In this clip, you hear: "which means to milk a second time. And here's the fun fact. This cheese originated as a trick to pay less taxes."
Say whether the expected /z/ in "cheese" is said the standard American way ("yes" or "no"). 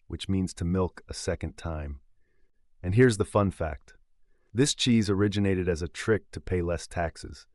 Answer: yes